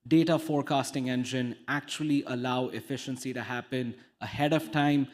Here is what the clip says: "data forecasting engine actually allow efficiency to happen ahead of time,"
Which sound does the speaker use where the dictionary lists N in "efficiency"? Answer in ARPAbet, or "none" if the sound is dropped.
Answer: N